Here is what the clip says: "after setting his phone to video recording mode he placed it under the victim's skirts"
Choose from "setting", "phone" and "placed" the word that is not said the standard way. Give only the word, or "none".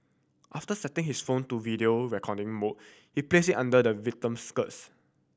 placed